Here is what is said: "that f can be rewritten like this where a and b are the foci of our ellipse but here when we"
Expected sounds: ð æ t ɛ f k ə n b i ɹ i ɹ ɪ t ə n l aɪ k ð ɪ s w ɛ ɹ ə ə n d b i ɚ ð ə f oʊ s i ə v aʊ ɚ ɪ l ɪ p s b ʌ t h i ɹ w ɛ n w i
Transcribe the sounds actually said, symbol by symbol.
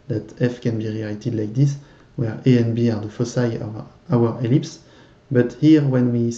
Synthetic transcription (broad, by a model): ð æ t ɛ f k ə n b i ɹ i l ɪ t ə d l aɪ k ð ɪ s w ɛ ɹ ə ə n b i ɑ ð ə f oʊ s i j aʊ ɚ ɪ l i p s b ʌ t h i ɹ w ɛ n w i